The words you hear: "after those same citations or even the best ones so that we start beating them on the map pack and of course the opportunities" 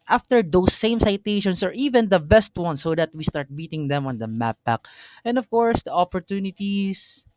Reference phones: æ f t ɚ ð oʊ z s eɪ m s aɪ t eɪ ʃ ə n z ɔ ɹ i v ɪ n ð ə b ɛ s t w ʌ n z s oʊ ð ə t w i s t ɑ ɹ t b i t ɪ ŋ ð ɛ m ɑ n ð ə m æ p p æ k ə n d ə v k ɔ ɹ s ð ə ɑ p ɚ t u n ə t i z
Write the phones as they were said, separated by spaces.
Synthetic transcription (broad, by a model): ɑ f t ɚ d oʊ s eɪ m s aɪ t eɪ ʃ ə n s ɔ ɹ i v ɪ n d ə b ɛ s t w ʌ n s oʊ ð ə t w i s t ɑ ɹ t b i t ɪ ŋ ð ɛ m ɑ n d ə m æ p b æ k ə n d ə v k ɔ ɹ s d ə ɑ p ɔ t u n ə t i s